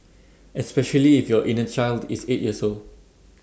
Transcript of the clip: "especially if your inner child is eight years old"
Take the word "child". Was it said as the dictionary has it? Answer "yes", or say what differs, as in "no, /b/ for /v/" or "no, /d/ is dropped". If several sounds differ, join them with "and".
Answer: yes